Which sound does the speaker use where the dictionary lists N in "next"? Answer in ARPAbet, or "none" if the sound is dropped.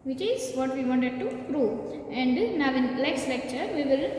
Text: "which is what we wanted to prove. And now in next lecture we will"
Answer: L